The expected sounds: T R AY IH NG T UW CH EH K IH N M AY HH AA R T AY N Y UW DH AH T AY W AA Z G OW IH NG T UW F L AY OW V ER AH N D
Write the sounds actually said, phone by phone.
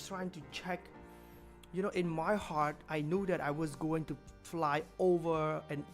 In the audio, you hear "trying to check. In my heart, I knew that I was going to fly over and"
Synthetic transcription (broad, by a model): T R AY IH NG T UW CH EH K IH N M AY HH AA R T AY N Y UW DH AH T AY W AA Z G OW IH NG T UW F L AY OW V ER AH N